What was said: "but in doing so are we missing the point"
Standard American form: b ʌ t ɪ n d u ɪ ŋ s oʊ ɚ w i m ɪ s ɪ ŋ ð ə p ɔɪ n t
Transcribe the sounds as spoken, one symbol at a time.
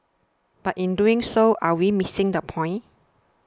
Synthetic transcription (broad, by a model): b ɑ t ɪ n d u ɪ ŋ s oʊ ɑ w i m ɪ s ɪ ŋ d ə p ɔɪ n